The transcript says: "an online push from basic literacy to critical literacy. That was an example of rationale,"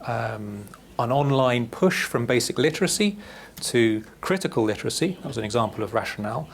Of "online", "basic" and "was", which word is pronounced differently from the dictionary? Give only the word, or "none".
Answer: none